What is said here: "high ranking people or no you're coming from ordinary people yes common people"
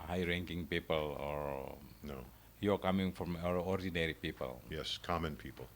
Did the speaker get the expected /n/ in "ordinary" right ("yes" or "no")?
yes